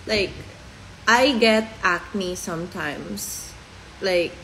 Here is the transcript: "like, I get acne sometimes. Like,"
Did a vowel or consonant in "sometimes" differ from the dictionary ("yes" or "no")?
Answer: yes